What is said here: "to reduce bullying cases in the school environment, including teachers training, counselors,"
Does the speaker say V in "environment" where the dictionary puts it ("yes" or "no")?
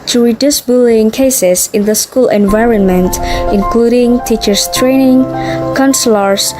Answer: yes